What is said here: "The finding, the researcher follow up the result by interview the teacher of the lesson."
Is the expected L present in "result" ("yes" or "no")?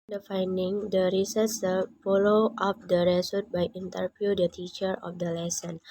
no